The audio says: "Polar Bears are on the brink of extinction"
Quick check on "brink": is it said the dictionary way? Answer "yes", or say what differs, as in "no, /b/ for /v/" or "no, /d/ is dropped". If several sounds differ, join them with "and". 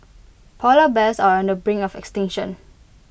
no, /k/ is dropped